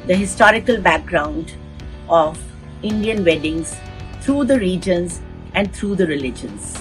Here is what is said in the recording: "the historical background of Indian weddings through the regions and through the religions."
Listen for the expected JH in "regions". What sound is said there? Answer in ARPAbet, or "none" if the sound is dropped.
JH